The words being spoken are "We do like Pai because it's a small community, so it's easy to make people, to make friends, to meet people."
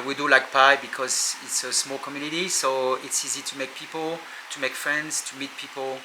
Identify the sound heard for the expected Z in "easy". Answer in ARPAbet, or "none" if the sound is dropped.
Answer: Z